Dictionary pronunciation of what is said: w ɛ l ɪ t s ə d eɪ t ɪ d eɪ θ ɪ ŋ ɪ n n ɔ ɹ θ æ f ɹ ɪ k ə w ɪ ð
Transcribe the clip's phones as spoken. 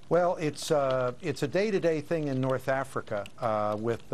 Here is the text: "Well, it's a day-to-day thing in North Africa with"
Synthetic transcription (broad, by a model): w ɛ l ɪ t s ə d eɪ t ɪ d eɪ θ ɪ ŋ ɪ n n ɔ ɹ θ æ f ɹ ɪ k ə w ɪ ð